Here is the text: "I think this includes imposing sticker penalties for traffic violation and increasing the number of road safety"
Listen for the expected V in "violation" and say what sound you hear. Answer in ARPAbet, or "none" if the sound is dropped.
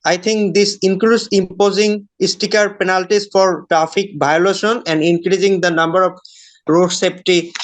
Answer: B